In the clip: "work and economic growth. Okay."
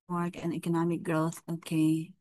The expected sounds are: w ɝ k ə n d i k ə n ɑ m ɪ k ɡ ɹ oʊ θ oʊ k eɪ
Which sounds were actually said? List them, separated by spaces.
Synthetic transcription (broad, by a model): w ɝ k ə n i k ə n ɑ m ɪ k ɡ ɹ oʊ θ oʊ k eɪ